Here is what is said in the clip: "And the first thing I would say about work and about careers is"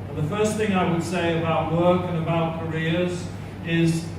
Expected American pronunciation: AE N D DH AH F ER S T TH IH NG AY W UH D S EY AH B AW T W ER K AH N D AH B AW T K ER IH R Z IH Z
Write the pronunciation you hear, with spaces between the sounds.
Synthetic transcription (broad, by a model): DH AH F ER S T TH IH NG AY W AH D S EY AH B AW T W ER K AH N AH B AW T K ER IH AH Z IH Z